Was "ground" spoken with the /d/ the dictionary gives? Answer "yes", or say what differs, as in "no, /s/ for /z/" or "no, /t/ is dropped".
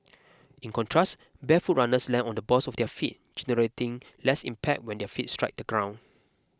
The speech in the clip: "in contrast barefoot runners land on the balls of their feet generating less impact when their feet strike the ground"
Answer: no, /d/ is dropped